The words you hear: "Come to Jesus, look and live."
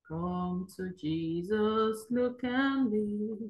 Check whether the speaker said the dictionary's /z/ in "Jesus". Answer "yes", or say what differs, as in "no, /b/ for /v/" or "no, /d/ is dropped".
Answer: yes